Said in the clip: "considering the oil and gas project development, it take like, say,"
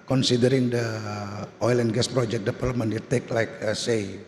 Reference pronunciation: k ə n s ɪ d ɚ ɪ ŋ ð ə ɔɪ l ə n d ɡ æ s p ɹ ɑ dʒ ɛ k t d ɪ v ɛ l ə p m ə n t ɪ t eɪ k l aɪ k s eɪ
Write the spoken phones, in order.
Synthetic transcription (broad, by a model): k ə n s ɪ d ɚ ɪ ŋ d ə ɔɪ l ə n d ɡ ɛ s p ɹ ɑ dʒ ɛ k d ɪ p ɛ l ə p m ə n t ɪ t eɪ k l aɪ k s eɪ